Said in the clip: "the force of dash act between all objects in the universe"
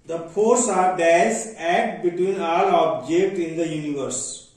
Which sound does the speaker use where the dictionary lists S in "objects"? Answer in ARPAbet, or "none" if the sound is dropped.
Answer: none